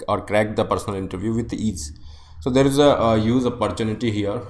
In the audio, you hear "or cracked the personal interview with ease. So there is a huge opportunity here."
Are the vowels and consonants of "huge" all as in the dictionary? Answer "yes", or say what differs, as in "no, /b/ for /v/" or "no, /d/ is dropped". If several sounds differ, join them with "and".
no, /z/ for /dʒ/